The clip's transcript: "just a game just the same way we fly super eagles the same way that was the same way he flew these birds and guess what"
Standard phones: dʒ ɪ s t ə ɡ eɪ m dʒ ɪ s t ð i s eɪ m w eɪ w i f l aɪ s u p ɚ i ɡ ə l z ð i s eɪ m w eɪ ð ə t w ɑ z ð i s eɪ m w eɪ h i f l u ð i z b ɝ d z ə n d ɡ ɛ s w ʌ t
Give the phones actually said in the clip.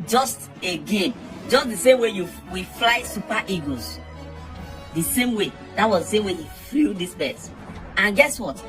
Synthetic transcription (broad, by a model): dʒ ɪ s t ə ɡ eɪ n dʒ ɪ s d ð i s eɪ m w eɪ w i f l aɪ s u p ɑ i ɡ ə z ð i s eɪ m w eɪ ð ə t w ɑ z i s eɪ m w eɪ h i f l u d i s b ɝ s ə n ɡ ɛ s w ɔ t